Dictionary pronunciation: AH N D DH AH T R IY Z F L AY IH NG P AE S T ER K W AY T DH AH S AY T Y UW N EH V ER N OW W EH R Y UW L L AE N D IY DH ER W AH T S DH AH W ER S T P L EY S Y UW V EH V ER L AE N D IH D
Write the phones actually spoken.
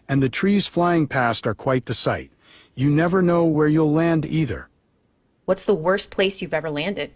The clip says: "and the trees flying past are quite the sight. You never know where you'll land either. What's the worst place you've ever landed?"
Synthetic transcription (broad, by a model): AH N DH AH T R IY Z F L AY IH NG P AE S T ER K W AY T DH AH S AY T Y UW N EH V ER N OW W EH R Y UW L L AE N D IY DH ER W AH T S DH AH W ER S P L EY S Y UW V EH V ER L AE N D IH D